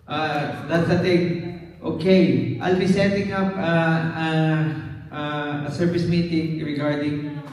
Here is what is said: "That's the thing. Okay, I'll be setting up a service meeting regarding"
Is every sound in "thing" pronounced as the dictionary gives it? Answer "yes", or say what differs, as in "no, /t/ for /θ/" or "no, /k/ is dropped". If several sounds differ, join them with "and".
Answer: no, /t/ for /θ/